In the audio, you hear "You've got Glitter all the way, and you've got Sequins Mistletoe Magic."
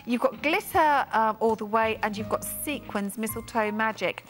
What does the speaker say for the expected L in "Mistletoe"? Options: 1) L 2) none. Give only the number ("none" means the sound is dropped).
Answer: 1